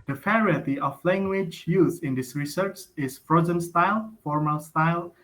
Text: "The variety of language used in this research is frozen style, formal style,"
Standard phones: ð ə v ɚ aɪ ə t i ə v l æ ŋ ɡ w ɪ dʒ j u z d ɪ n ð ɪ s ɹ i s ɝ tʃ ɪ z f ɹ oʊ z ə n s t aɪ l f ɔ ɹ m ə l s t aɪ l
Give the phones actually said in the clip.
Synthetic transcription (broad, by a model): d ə f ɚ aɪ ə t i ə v l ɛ ŋ ɡ w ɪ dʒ j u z ɪ n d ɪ s ɹ i s ɝ tʃ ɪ s f ɹ oʊ z ə n s t aɪ l f ɔ ɹ m ə l s t aɪ l